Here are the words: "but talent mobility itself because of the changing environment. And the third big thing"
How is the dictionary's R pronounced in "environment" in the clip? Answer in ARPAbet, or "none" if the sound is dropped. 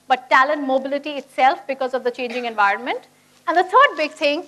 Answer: R